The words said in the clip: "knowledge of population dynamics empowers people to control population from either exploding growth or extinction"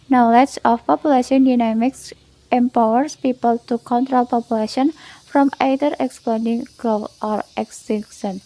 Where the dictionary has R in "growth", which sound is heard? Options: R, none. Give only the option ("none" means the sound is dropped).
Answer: none